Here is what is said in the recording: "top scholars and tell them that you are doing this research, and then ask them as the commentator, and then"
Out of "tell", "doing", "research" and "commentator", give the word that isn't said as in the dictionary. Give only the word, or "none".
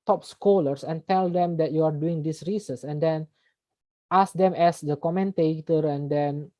research